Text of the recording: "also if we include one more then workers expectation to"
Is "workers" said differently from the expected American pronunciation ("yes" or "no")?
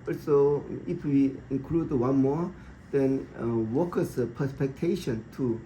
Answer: yes